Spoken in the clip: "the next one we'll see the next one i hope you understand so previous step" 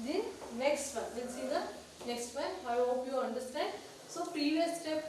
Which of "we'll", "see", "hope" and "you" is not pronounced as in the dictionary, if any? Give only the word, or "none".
we'll